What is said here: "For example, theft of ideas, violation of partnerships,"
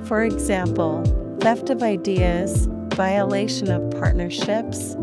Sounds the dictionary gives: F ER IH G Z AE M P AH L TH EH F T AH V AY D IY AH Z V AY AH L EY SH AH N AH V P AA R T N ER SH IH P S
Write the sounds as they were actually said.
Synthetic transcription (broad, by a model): F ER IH G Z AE M P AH L F EH F T AH V AY D IY AH Z V AY AH L EY SH AH N AH V P AA R T N ER SH IH P S